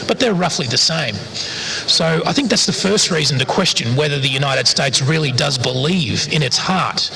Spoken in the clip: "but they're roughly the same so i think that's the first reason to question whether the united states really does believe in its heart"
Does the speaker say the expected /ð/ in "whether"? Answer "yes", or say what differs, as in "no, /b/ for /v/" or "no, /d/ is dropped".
yes